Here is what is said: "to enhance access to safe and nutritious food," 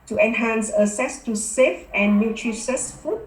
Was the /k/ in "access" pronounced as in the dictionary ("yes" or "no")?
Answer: no